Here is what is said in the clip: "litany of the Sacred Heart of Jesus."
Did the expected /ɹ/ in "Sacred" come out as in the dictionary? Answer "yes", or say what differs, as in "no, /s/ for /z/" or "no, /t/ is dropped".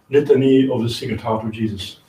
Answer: no, /ɹ/ is dropped